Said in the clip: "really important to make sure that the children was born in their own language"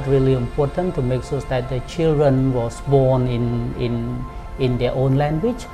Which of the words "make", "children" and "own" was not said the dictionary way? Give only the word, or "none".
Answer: none